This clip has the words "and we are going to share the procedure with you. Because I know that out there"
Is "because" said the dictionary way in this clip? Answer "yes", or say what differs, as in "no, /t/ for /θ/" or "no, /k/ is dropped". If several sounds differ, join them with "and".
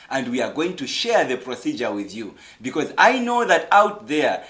yes